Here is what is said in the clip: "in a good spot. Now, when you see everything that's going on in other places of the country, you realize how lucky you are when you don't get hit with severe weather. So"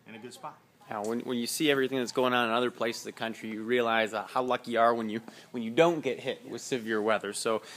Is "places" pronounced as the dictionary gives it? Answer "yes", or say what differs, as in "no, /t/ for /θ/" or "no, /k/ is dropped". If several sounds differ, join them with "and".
no, /s/ is dropped and /s/ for /z/